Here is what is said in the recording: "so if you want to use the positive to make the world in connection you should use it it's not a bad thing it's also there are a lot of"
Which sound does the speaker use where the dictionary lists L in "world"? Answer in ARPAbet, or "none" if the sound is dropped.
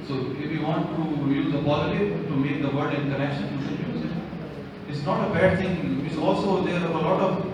none